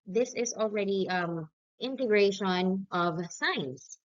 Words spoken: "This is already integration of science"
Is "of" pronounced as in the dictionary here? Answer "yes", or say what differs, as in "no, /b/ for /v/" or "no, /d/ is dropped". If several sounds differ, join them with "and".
yes